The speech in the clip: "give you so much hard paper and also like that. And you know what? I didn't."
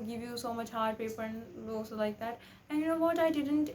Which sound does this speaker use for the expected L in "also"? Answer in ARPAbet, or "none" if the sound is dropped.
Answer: none